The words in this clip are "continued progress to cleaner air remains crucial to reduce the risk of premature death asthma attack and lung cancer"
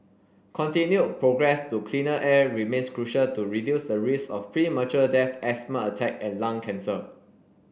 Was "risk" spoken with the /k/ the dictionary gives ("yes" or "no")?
no